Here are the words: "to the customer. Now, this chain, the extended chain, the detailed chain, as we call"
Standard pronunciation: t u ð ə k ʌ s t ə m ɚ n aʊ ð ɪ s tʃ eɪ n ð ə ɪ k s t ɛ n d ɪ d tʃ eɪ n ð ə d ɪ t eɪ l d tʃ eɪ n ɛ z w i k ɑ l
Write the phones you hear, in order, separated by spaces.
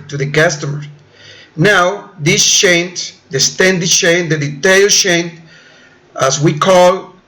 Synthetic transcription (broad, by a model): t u ð ə k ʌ s t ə m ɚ n aʊ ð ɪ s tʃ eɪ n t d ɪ s t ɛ n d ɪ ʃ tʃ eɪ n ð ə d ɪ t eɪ l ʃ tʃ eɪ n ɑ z w i k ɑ l